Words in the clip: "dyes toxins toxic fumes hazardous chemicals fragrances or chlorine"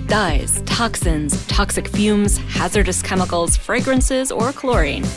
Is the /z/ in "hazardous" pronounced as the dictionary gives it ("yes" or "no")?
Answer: yes